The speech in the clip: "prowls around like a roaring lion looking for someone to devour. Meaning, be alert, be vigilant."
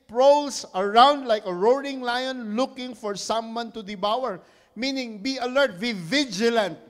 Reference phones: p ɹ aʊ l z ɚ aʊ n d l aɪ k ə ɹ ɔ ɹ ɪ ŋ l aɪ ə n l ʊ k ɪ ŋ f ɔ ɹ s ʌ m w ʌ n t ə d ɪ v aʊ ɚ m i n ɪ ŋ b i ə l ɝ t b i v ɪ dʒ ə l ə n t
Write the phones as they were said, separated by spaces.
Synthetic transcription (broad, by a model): p ɹ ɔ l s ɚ aʊ n d l aɪ k ə ɹ ɔ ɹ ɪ ŋ l aɪ ə n l ʊ k ɪ ŋ f ɔ ɹ s ʌ m w ʌ n t ə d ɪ b aʊ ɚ m i n ɪ ŋ b i ə l ɝ t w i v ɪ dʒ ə l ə n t